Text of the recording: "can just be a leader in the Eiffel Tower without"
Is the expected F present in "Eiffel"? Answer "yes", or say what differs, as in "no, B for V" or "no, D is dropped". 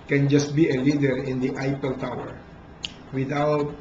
no, P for F